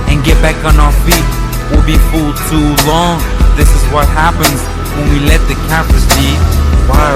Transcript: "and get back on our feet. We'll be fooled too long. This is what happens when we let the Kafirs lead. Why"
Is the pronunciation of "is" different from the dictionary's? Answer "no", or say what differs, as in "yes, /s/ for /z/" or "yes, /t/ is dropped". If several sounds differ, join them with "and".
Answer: no